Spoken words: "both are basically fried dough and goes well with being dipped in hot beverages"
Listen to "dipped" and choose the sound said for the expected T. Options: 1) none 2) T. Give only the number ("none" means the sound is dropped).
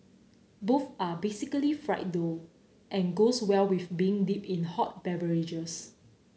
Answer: 1